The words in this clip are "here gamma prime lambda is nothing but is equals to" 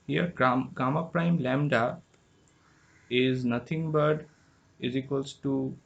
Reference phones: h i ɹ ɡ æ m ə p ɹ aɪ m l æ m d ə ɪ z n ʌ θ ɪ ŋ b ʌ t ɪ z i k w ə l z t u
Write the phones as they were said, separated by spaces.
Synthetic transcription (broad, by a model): h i ɹ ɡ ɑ m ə p ɹ aɪ m l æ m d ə ɪ z n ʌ t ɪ ŋ b ʌ t ɪ z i k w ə l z t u